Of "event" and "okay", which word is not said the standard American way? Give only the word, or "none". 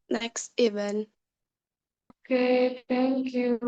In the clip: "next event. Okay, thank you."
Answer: event